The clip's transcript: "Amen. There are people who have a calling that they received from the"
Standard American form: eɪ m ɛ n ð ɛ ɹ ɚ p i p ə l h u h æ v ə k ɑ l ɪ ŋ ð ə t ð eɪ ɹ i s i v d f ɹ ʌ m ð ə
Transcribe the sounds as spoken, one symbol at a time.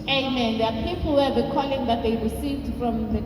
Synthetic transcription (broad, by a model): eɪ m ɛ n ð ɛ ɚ p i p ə l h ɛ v ə k ɑ l ɪ ŋ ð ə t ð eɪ w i s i d f ɹ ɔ m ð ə